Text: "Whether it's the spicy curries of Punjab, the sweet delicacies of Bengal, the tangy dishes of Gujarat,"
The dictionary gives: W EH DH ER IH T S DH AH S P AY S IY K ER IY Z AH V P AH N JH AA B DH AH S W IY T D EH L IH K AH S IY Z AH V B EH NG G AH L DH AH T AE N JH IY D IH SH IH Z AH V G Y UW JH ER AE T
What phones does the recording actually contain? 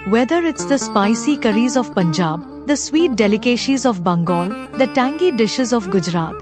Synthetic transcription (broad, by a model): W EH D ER IH T S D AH S P AY S IY K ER IY Z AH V P AH N JH AA B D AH S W IY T D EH L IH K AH SH IY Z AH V B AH NG G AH L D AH T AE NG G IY D IH SH IH Z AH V G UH JH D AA T